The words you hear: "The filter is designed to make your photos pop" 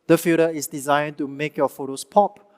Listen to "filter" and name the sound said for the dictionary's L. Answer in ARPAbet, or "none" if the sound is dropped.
none